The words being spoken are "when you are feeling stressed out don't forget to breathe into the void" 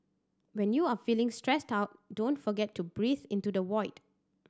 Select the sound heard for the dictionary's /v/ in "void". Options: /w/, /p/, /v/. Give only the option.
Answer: /w/